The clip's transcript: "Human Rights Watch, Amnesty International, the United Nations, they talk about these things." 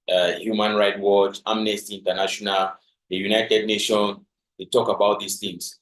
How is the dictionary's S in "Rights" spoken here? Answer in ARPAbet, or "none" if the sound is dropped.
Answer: none